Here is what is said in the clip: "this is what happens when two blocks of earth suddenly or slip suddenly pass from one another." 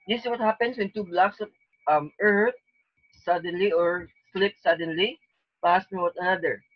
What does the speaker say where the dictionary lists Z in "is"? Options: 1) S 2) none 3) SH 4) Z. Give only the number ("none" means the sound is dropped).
1